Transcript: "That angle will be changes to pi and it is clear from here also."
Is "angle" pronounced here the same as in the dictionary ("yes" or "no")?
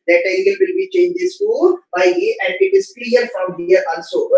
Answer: no